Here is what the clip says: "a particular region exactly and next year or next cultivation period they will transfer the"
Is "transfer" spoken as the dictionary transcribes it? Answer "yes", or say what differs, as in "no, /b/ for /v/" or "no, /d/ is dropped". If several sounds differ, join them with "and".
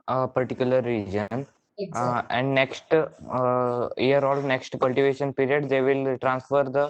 yes